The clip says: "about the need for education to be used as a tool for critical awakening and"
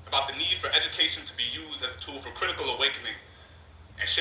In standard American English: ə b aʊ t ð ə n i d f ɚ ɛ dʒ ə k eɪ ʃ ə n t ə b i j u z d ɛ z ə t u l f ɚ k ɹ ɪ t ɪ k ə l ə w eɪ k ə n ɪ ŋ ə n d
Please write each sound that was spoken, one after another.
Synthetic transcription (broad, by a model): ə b aʊ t ð ə n i d f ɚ ɛ dʒ ə k eɪ ʃ ə n t ə b i j u z d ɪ z ə t u l f ɚ k ɹ ɪ t ɪ k ə l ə w eɪ k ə n ɪ ŋ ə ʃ